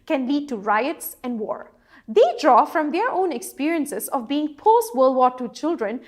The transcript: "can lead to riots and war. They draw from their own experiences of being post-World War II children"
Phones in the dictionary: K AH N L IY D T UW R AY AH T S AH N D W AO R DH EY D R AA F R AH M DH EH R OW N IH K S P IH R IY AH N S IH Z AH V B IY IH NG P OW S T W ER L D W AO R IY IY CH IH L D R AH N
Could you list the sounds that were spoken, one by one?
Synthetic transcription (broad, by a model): K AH N L IY D T UW R AY AH T S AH N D W AO R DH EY D R AA F R AH M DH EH R OW N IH K S P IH R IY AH N S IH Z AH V B IY IH NG P OW S T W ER L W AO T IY CH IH L D R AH N